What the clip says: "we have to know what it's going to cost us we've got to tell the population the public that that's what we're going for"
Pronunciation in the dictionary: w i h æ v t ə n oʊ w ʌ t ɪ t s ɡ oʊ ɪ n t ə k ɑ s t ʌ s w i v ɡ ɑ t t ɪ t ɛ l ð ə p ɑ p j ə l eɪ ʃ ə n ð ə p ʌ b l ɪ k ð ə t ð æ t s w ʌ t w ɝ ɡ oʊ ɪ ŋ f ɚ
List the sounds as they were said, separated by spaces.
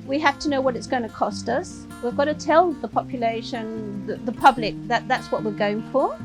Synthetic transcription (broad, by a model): w i h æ f t ə n oʊ w ʌ t ɪ t s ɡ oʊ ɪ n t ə k ɑ s t ʌ s w i v ɡ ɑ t t ɪ t ɛ l ð ə p ɑ p j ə l eɪ ʃ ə n ð ə p ʌ b l ɪ k ð ə t ð æ t s w ʌ t w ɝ ɡ oʊ ɪ ŋ f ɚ